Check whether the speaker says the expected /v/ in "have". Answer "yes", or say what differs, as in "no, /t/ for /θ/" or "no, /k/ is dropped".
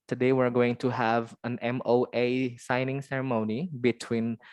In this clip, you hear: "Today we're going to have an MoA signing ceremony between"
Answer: yes